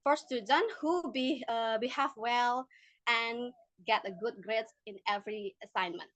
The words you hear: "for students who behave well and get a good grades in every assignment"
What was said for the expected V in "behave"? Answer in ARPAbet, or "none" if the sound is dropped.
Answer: F